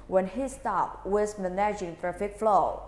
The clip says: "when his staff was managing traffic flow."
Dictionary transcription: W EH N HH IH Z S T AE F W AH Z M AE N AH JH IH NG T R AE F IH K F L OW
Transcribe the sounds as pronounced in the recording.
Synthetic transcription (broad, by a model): W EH N HH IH S T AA P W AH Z M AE N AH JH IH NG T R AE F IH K F L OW